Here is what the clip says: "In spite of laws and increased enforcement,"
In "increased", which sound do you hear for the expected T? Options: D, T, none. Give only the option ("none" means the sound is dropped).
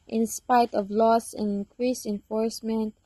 none